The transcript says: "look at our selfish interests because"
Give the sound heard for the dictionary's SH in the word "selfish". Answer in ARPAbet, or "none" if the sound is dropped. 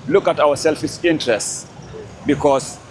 S